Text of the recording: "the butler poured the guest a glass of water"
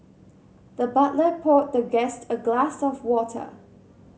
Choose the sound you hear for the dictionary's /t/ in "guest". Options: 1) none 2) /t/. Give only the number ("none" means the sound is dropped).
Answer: 2